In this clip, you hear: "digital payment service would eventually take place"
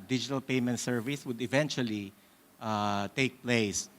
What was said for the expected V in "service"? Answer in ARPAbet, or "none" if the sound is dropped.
V